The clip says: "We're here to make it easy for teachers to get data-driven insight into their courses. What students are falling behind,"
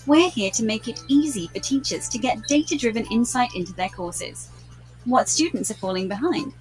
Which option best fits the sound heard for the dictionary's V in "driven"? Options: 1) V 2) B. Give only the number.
1